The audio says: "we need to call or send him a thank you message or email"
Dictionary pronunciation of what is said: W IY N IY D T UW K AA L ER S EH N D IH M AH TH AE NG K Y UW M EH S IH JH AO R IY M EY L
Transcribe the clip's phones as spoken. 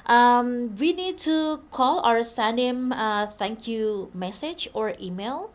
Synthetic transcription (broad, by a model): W IY N IY D T UW K AA L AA S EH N IH M AH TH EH NG K Y UW M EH S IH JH AO R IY M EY L